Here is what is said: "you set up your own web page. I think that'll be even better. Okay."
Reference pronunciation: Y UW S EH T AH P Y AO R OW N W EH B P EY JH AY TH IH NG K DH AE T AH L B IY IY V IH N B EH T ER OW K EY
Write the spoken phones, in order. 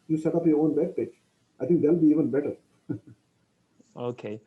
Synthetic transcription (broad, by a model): Y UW S EH T AH P Y AO R OW N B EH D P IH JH AY T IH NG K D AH L B IY IY V IH N B EH T ER OW K EY